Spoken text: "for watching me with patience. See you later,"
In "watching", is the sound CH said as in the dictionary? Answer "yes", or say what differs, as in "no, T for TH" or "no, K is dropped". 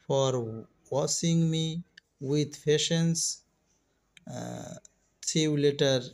no, S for CH